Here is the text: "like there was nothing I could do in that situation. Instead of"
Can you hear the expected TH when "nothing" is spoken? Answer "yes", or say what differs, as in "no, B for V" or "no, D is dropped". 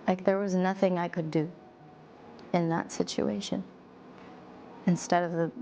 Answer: yes